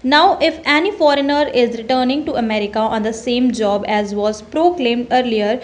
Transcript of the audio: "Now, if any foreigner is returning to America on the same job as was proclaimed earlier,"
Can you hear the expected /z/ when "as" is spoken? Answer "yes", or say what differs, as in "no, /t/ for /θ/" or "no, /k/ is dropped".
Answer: yes